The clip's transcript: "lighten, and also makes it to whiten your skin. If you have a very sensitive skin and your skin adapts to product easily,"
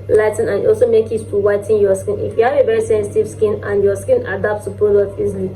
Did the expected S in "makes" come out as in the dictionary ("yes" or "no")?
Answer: no